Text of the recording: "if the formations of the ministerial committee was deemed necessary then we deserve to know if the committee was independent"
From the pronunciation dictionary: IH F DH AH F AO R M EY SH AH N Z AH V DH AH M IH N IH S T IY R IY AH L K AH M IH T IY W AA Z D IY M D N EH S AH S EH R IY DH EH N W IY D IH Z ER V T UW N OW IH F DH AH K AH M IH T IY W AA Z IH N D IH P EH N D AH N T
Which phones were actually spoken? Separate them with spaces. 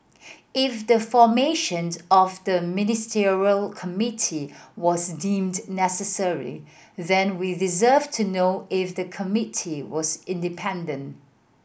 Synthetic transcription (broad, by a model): IH F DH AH F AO M EY SH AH N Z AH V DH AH M IH N IH S T IY R IY AH L K AH M IH T IY W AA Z D IY M D N EH S AH S EH R IY DH EH N W IY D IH Z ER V T UW N OW IH F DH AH K AH M IH T IY W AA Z IH N D IH P EH N D AH N T